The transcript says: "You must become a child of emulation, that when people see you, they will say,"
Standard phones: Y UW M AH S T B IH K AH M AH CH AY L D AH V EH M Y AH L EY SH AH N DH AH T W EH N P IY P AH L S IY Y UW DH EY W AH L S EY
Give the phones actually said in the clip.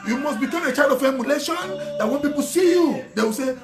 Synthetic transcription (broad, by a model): Y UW M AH S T B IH K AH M AH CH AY D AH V EH M Y AH L EY SH AH N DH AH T W EH N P IY P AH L S IY Y UW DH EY W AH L S EY